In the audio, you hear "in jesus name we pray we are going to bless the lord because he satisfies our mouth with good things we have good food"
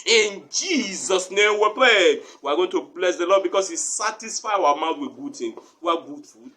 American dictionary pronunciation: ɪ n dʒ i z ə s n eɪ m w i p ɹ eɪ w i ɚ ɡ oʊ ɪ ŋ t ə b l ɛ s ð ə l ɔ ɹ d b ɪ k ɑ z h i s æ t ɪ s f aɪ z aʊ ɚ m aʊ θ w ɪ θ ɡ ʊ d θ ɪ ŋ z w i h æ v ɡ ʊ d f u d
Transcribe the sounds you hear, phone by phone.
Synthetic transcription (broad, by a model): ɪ n dʒ i z ə s n eɪ m w i p ɹ eɪ w i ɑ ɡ oʊ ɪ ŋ t ə b l ɛ s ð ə l ɔ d b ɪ k ɑ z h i s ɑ t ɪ s f aɪ aʊ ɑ m aʊ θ w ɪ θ ɡ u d t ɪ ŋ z w i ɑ ɡ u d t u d